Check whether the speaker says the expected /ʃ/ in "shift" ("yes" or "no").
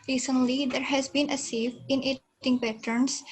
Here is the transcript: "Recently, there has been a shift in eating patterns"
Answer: no